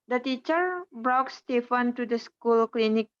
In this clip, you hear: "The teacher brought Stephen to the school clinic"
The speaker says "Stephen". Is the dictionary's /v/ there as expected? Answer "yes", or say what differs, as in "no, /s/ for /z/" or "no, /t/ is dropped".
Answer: no, /f/ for /v/